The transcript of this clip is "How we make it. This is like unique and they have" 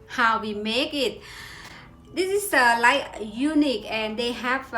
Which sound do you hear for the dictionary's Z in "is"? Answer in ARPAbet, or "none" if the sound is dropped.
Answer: S